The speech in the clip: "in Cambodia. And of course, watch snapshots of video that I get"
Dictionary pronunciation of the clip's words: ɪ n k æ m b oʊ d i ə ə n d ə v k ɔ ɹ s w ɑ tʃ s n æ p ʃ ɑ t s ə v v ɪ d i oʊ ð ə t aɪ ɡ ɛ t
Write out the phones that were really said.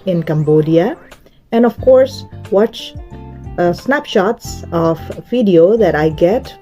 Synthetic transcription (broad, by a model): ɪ n k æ m b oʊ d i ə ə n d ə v k ɔ ɹ s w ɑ tʃ s n æ p ʃ ɑ t s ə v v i d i oʊ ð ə t aɪ ɡ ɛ t